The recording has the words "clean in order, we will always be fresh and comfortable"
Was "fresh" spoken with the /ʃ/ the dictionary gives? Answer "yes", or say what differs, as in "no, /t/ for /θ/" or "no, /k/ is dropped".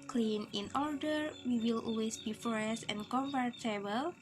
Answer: no, /s/ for /ʃ/